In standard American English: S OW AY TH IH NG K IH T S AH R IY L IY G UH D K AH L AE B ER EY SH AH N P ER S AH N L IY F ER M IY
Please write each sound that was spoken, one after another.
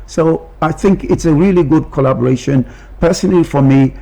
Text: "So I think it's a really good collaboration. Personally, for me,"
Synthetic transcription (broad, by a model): S OW AY TH IH NG K IH T S AH R IY L IY G UH D K AH L AE B ER EY SH AH N P ER S AH N L IY F ER M IY